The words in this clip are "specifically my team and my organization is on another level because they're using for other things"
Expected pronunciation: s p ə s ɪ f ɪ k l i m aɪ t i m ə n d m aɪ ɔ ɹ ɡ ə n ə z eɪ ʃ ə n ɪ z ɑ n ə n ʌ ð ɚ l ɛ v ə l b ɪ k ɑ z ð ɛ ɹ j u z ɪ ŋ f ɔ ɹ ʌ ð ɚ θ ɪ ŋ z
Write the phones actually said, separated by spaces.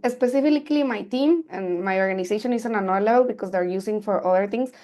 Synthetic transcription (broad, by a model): s p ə s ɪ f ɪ k l i m aɪ t i m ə n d m aɪ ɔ ɹ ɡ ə n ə s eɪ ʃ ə n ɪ s ɑ n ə n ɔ l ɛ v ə l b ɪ k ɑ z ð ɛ ɹ j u s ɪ ŋ f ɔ ɹ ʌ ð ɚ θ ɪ ŋ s